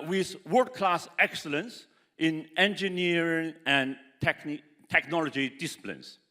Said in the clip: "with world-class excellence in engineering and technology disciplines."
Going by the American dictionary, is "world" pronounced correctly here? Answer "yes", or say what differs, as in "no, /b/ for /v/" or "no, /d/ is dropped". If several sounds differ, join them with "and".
no, /l/ is dropped